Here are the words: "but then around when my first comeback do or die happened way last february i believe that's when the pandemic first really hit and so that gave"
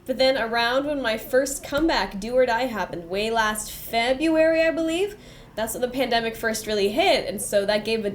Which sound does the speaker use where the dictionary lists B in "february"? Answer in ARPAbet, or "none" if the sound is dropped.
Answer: B